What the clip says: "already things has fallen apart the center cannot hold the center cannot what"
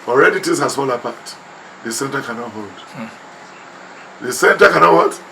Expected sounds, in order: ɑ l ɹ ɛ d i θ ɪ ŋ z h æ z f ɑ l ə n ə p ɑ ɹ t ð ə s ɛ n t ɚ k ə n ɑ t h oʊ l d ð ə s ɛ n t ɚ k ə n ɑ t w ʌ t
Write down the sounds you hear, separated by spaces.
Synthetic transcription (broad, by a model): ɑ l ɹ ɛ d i t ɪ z h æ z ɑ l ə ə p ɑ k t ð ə s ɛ n t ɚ k ə n ɑ t h oʊ l d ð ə s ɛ n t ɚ k ə n ɑ t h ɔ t